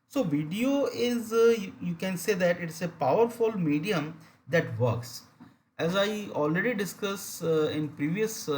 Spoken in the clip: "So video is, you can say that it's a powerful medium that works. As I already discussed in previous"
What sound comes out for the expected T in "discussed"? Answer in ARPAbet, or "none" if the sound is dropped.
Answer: none